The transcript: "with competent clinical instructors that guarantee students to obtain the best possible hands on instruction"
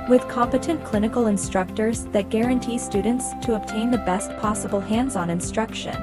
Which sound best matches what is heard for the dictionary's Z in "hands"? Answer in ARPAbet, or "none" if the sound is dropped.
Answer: Z